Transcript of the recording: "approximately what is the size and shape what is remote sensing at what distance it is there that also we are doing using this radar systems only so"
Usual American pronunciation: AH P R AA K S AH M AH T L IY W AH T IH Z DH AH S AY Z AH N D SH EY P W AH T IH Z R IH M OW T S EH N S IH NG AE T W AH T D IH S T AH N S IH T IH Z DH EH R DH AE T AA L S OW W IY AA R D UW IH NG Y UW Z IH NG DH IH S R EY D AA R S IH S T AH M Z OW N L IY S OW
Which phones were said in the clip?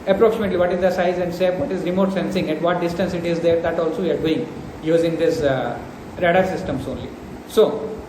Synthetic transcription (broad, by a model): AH P R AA K S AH M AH T L IY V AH T IH Z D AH S AY Z AH N D S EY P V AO T IH Z R IH M OW T S EH N S IH NG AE T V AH T D IH S T AH N S IH T IH Z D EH R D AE T AA L S OW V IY AA R D UW IH NG Y UW Z IH NG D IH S R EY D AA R S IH S T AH M S OW N L IY S OW